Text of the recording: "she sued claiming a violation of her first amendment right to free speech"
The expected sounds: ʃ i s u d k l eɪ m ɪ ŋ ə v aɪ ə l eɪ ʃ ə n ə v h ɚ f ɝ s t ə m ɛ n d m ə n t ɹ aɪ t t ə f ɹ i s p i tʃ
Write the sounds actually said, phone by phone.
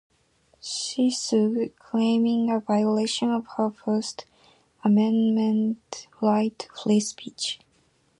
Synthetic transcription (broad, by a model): ʃ i s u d k l eɪ m ɪ ŋ ə v aɪ ə l eɪ ʃ ə n ə v h ɚ f ɝ s t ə m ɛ n m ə n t l aɪ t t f l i s p i tʃ